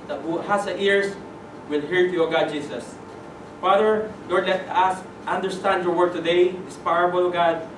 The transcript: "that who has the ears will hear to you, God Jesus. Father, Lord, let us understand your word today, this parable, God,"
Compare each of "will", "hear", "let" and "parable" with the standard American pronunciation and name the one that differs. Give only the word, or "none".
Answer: parable